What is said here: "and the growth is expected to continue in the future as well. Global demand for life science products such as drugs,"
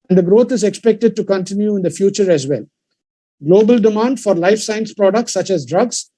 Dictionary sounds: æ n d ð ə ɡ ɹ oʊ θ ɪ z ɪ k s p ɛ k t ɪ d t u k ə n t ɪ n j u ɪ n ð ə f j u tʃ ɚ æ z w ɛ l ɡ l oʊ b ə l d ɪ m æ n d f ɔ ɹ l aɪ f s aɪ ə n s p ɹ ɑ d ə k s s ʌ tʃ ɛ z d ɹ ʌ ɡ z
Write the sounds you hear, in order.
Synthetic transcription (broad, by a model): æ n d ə ɡ ɹ oʊ t ɪ z ɪ k s p ɛ k t ɪ d t u k ə n t ɪ n j u ɪ n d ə f j u tʃ ɚ æ z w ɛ l ɡ l oʊ b ə l d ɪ m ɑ n d f ɔ ɹ l aɪ f s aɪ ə n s p ɹ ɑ d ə k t s ʌ tʃ ɛ z d ɹ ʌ ɡ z